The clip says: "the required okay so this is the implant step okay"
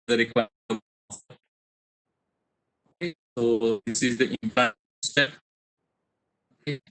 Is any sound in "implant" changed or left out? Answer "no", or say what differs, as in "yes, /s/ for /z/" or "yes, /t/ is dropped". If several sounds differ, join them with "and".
yes, /l/ is dropped